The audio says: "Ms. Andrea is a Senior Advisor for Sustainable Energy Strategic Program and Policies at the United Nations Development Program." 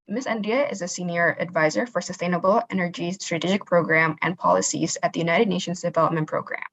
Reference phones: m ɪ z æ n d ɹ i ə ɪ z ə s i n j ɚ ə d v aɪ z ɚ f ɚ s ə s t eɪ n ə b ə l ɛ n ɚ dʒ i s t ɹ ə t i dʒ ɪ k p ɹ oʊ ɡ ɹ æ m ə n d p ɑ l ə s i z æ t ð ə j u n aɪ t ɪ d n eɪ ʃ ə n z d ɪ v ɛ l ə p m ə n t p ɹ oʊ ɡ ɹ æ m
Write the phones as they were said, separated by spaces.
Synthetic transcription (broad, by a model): m ɪ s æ n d i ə ɪ z ə s i n j ɚ ə d v aɪ z ɚ f ɚ s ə s t eɪ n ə b l ɛ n ɚ dʒ i s t ɹ ə t i dʒ ɪ k p ɹ oʊ ɡ ɹ æ m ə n p ɑ l ə s i z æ t ð ə j u n aɪ t ɪ d n eɪ ʃ ə n z d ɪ v ɛ l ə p m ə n p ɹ oʊ ɡ ɹ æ m